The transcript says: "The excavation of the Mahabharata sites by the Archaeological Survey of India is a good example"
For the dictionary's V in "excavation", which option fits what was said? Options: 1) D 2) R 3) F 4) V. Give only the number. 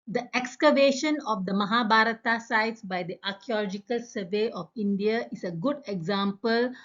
4